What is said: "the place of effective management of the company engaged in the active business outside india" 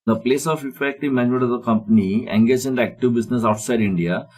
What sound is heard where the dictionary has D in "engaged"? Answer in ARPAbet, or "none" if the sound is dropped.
none